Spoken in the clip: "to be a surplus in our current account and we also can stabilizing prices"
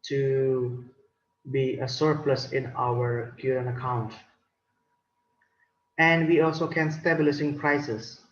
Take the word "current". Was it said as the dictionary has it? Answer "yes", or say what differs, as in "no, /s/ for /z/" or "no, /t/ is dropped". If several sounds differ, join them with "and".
no, /t/ is dropped